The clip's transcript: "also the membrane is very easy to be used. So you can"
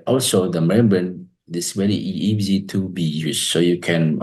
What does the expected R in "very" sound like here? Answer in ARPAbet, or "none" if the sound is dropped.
L